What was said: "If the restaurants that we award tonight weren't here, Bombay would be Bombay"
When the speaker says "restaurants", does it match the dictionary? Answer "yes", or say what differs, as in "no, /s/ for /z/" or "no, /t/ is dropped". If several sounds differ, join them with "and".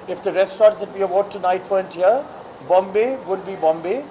no, /ɹ/ is dropped and /n/ is dropped